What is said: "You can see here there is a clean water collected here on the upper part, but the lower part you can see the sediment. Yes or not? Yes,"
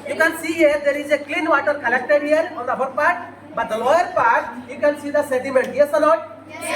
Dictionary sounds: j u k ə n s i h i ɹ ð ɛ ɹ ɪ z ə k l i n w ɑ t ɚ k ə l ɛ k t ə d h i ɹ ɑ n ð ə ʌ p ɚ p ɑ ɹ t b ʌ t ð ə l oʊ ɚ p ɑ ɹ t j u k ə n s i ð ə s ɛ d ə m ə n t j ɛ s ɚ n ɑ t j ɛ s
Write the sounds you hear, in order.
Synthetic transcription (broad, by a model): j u k ə n s i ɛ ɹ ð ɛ ɹ ɪ z ə k l i n w ɑ t ɚ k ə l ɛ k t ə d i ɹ ɑ n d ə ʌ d p ɑ ɹ t b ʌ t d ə l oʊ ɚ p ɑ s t j u k ə n s i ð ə s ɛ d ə m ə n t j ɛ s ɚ l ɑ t